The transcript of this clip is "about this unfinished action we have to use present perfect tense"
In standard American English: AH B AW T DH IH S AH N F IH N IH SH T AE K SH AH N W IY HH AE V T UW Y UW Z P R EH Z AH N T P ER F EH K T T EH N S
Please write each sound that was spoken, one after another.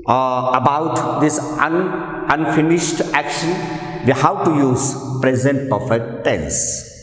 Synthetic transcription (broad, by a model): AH B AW T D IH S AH N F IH N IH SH T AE K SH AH N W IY HH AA W T UW Y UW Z P R EH Z AH N T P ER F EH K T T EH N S